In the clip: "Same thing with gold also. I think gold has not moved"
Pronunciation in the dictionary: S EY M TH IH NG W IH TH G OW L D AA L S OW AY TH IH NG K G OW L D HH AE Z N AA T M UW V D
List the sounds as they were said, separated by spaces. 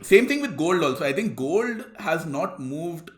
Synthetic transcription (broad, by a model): S EY M T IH NG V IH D G OW L D AA L S OW AY T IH NG K G OW L D HH AE Z N AA T M UW V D